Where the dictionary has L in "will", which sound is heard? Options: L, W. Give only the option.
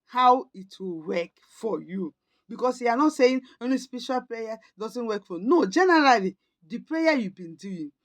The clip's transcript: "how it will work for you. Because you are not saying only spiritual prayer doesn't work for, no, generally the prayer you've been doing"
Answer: L